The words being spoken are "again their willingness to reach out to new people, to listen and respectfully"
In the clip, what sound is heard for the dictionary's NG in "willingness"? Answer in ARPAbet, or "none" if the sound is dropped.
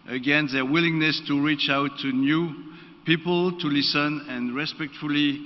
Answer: NG